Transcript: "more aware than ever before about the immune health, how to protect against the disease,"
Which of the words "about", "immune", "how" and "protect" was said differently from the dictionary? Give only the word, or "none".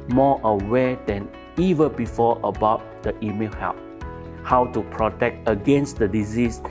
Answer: immune